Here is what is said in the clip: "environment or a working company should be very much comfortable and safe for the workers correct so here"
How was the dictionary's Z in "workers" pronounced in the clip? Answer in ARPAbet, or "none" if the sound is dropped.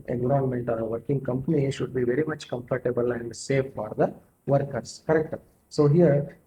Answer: S